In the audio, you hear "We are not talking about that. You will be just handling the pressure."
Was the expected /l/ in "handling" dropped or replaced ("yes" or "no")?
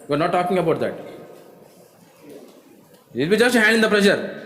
yes